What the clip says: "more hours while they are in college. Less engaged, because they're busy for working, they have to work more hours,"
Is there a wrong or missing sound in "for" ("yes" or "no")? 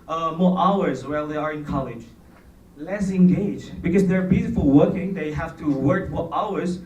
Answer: yes